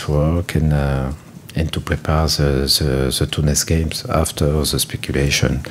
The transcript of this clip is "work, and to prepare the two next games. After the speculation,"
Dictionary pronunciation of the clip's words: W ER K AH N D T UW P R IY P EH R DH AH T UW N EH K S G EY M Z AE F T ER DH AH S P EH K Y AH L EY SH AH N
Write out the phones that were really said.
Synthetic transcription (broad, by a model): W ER K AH N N T UW P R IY P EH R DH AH T UW N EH S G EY M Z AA F T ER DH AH S P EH K Y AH L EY SH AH N